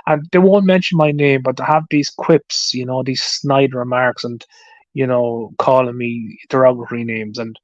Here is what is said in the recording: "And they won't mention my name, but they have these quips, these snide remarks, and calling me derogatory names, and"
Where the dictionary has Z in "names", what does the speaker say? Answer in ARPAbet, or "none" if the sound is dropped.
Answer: Z